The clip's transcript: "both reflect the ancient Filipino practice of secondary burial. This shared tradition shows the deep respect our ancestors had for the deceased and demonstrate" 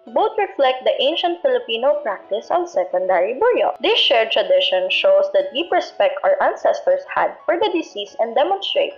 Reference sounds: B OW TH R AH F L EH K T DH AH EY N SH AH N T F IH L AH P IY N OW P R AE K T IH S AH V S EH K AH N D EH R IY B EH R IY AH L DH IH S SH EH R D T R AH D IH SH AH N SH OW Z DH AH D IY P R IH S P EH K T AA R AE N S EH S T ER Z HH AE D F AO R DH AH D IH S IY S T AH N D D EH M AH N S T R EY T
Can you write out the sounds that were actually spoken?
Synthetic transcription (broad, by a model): B OW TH R AH F L EH K T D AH EY N SH AH N T F IH L AH P IY N OW P R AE K T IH S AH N S EH K AH N D EH R IY B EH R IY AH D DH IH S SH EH R T R AH D IH SH AH N SH OW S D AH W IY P R IH S P EH K T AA R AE N S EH S T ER S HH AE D F AO R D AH D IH S IY S AH N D D EH M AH N S T R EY T